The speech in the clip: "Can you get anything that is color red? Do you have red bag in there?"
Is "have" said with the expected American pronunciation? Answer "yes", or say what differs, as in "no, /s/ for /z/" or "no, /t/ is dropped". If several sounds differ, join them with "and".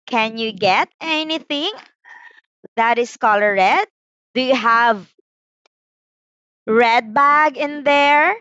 yes